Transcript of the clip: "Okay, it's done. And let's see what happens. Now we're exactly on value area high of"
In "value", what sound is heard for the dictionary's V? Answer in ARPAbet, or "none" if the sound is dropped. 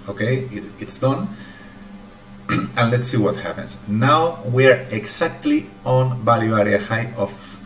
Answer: B